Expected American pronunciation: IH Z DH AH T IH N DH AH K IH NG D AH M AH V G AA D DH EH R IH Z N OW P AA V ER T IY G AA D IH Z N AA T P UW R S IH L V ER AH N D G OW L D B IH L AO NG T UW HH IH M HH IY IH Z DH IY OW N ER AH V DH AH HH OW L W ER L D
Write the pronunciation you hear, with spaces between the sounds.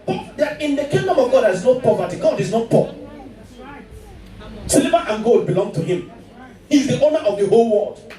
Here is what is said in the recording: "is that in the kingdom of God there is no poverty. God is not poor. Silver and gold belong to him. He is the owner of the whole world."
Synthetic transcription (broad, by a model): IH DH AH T IH N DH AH K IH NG D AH M AH V G AA D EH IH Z N OW P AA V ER T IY G AA D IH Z N AA T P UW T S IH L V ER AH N G OW D B IH L AO NG T UW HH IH M HH IY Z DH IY OW N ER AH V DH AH HH OW L W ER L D